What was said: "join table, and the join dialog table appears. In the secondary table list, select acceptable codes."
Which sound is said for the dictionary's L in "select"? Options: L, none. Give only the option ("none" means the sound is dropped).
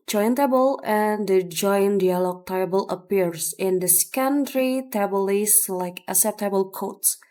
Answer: none